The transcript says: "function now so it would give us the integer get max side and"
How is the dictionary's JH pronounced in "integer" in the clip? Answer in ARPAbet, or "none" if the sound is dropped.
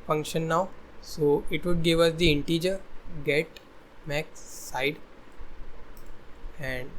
JH